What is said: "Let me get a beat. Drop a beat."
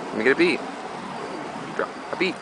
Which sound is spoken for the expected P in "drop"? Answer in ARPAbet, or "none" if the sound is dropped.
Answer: none